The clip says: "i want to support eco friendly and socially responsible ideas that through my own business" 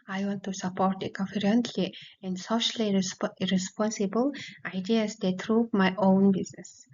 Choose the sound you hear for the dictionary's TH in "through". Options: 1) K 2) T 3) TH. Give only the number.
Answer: 2